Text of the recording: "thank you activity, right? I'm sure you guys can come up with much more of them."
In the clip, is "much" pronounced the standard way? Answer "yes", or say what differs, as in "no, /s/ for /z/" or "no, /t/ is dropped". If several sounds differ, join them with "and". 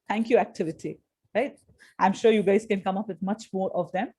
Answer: yes